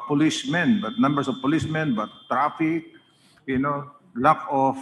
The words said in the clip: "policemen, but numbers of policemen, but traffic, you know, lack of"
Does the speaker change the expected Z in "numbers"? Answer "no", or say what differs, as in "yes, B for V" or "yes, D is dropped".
yes, S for Z